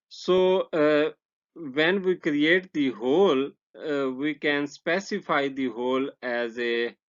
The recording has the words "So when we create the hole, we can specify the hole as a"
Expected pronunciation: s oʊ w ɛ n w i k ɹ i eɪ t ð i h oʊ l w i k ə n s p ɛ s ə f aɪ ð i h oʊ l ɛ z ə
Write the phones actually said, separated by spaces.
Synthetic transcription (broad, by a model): s oʊ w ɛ n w i k ɹ i eɪ t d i h oʊ l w i k ə n s p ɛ s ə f aɪ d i h oʊ l ɛ z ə